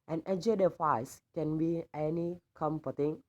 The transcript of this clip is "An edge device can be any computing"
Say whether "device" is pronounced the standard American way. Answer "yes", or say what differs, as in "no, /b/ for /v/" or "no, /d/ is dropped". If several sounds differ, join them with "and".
no, /f/ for /v/